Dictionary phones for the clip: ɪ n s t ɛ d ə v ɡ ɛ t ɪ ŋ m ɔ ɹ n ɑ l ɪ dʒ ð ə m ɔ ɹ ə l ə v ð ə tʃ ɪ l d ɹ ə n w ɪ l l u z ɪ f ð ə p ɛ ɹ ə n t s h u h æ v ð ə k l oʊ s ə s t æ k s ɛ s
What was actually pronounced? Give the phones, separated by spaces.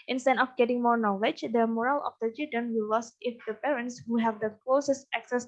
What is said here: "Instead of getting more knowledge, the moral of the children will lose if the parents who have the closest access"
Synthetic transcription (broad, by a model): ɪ n s t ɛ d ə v ɡ ɛ t ɪ ŋ m ɔ ɹ n ɑ l ɪ dʒ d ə m ɔ ɹ ə l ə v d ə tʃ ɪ d ə n w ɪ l l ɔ s ɪ f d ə p ɛ ɹ ə n t s h u h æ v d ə k l oʊ s ə s t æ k s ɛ s